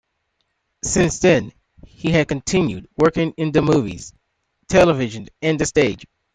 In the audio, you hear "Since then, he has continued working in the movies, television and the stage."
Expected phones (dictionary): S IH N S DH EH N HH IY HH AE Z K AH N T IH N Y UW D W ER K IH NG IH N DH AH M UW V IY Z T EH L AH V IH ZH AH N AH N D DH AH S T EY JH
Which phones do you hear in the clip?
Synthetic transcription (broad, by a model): S IH N S DH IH N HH IY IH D K AH N T IH N Y UW D W ER K IH NG IH N DH AH M UW V IY Z T EH L AH V IH ZH AH N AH N DH AH S T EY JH